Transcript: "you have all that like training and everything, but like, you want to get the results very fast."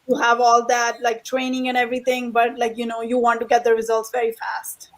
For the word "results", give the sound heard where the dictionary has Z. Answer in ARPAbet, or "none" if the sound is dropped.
Z